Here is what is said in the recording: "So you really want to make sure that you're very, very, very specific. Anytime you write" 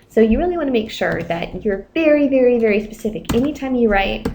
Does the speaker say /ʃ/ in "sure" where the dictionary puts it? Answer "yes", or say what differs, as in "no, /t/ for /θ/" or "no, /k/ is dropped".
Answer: yes